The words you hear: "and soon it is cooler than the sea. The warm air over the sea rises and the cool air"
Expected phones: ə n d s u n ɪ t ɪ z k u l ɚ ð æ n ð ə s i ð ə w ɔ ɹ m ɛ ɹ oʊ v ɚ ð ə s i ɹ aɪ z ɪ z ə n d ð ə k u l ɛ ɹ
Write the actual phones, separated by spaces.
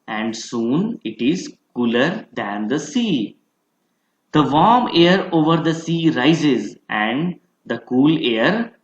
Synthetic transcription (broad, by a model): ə n d s u n ɪ t ɪ z k u l ɚ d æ n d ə s i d ə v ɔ ɹ m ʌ ɹ oʊ v ɚ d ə s i ɹ aɪ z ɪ z ə n d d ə k u l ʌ ɹ